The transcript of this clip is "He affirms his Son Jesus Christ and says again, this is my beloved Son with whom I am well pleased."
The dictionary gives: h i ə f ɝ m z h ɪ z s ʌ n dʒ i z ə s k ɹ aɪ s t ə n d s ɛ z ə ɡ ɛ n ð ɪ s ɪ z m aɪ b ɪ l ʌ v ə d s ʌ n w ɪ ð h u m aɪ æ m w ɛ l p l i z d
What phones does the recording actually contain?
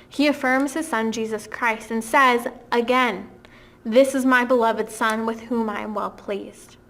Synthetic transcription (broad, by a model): h i ə f ɝ m z h ɪ z s ʌ n dʒ i z ə s k ɹ aɪ s t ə n s ɛ z ə ɡ ɛ n ð ɪ s ɪ z m aɪ b ɪ l ʌ v ə d s ʌ n w ɪ ð h u m aɪ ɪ m w ɛ l p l i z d